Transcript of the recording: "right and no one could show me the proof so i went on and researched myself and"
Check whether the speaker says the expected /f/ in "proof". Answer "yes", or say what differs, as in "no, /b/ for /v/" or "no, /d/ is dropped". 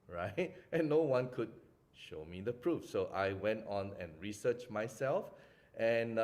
yes